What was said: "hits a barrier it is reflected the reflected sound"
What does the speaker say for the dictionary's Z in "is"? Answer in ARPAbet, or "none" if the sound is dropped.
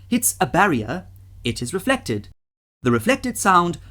Z